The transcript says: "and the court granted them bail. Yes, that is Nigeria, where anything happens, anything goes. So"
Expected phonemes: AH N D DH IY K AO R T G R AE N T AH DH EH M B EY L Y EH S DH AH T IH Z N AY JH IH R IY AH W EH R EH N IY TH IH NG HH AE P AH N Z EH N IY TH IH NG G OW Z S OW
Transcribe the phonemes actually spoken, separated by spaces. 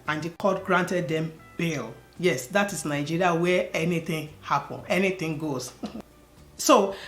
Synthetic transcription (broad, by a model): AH N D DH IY K AO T G R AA N T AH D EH M B EY L Y EH S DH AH T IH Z N AY JH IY R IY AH W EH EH N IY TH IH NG HH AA P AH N EH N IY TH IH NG G OW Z S OW